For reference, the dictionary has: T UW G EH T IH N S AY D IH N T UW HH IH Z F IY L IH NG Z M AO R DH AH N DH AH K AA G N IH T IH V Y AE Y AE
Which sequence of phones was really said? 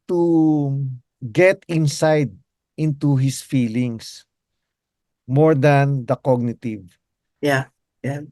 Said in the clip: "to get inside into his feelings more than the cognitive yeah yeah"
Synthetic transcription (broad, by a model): T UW G EH T IH N S AY D IH N T UW HH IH S F IY L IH NG S M AO R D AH N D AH K AA G N IH T IH V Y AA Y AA